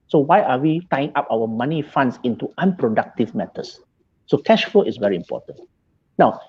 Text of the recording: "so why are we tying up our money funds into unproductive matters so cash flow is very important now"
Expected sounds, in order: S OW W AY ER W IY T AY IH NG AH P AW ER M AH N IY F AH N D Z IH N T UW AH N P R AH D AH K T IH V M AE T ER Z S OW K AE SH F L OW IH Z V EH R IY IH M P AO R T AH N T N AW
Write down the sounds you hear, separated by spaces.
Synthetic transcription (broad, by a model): S OW W AY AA W IY T AY IH NG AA P AW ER M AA N IY F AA N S IH N T UW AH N P R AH D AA K T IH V M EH T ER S S OW K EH SH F OW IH S V EH R IY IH M P AO T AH N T N AW